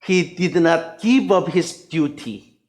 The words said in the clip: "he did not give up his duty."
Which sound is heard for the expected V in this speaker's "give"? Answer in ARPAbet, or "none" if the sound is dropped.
B